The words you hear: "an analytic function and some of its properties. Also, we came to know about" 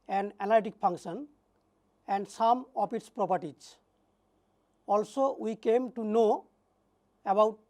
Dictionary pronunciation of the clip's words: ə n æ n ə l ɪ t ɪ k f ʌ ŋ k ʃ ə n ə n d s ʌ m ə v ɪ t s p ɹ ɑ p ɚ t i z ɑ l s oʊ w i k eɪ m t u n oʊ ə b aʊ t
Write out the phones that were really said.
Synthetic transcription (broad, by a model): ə n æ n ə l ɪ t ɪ k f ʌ ŋ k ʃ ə n ə n d s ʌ m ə p ɪ t s p ɹ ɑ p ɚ t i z ɑ l s oʊ w i k eɪ m t u n oʊ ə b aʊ t